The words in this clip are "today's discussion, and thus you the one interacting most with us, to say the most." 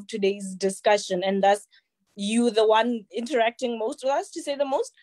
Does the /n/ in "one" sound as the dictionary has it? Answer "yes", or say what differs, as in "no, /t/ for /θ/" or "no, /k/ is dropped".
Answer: yes